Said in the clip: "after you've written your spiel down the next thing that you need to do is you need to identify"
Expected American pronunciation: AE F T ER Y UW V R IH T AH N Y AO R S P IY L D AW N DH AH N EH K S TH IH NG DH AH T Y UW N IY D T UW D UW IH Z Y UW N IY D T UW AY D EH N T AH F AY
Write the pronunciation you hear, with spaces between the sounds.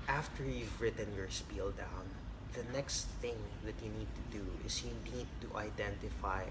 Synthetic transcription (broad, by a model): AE F T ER Y UW V R IH T AH N Y AO R S P IY L D AW N DH AH N EH K S TH IH NG DH AH T Y UW N IY D T UW D UW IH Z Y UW N IY D T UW AY D EH N T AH F AY